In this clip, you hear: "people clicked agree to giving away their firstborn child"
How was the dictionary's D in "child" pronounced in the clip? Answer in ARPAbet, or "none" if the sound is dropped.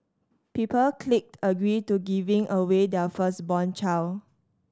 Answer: none